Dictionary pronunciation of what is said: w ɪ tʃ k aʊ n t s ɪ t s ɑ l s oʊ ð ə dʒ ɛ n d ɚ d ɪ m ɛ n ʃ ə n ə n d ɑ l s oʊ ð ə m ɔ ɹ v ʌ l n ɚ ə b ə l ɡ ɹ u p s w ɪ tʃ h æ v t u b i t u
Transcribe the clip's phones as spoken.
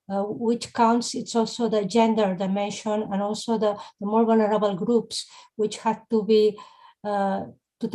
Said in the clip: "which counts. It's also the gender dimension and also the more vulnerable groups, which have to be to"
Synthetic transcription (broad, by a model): w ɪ tʃ k aʊ n t s ɪ t s ɑ l s oʊ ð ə dʒ ɛ n d ɚ d ɪ m ɛ n ʃ ə n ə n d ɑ l s oʊ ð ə m ɔ ɹ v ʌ l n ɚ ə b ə l ɡ ɹ u p s w ɪ tʃ h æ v t u b i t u